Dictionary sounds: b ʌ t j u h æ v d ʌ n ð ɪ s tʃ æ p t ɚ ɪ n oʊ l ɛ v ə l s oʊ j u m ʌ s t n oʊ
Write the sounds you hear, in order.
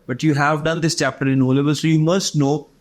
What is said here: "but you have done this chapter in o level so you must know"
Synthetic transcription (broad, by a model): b ʌ t j u h æ v d ʌ n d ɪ s tʃ æ p t ɚ ɪ n oʊ l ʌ b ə l s oʊ j u m ʌ s t n oʊ